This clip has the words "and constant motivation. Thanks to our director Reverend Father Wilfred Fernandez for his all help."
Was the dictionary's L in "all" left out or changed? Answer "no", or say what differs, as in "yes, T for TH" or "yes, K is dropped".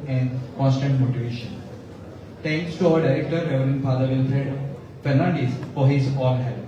yes, N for L